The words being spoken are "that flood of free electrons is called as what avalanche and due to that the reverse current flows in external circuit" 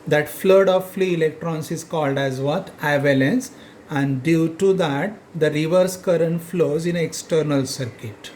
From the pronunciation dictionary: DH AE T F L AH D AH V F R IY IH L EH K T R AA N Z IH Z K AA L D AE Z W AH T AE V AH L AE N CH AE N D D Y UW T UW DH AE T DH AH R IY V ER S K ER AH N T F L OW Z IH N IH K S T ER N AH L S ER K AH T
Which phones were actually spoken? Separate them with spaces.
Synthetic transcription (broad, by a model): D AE T F L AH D AH V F L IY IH L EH K T R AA N S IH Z K AA L D AE Z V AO T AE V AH L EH N S AE N D D Y UW T UW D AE T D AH R IY V ER S K ER AH N T F L OW Z IH N IH K S T ER N AH L S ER K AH T